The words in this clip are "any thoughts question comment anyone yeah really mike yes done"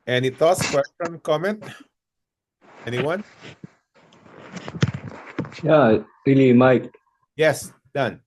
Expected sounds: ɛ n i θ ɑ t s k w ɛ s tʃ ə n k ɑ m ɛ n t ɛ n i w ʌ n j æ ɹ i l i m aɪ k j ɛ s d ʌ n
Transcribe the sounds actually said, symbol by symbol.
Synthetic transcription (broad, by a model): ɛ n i t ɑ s k w ɛ s tʃ ə n k ɑ m ɛ n t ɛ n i w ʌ n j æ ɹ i l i m aɪ k j ɛ s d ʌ n